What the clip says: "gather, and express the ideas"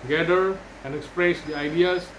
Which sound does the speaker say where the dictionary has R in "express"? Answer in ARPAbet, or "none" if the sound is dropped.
R